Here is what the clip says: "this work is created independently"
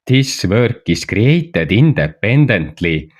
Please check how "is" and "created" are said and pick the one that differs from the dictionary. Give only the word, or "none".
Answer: is